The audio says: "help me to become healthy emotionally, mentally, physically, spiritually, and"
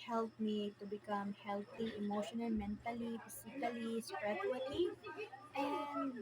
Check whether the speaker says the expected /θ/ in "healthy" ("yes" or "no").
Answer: no